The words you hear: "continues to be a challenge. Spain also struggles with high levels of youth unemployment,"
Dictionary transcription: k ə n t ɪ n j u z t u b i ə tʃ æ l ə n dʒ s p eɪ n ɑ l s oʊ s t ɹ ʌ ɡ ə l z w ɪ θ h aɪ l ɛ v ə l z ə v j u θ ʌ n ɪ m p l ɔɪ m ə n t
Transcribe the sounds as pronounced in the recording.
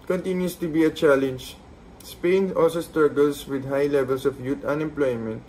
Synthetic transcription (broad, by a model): k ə n t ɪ n j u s t u b i ə tʃ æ l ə n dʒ s p eɪ n ɑ l s oʊ s t ɹ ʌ ɡ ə l s w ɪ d h aɪ l ɛ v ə l s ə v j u t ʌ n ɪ m p l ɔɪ m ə n t